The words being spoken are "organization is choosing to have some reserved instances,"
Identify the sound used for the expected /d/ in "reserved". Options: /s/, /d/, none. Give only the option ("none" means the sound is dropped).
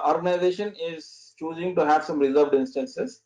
/d/